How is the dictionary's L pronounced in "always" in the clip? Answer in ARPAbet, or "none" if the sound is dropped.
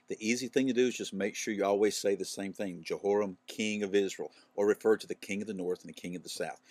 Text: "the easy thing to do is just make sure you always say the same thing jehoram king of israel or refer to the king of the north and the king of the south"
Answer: L